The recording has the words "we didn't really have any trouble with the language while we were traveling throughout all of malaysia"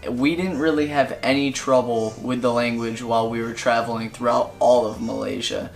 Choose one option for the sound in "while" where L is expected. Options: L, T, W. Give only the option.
L